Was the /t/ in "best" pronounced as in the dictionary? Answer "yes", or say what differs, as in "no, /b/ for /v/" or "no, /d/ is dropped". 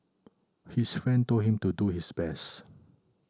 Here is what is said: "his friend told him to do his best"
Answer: yes